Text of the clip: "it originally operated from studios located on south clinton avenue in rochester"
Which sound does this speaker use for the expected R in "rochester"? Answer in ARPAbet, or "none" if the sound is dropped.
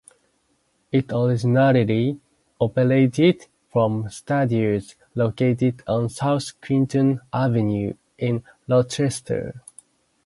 L